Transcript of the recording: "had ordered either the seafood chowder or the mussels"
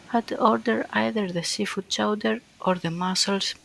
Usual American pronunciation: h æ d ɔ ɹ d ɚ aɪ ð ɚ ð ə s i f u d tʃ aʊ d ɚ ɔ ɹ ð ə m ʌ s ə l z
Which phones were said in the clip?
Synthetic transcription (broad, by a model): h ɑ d ɔ ɹ d ɚ aɪ ð ɚ ð ə s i f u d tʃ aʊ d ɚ ɔ ɹ ð ə m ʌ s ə l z